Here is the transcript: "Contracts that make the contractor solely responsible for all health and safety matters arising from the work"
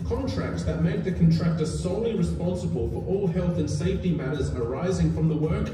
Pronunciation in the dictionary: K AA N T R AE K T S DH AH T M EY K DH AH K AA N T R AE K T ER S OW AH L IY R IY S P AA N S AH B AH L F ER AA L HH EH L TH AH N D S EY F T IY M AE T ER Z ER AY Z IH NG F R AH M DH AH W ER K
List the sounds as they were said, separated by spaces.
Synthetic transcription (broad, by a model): K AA N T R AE K T S DH AH T M EY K DH AH K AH N T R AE K T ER S OW AH L IY R IY S P AA N S AH B AH L F ER AA L HH EH L TH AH N S EY F T IY M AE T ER Z ER AY Z IH NG F R AH M DH AH W ER K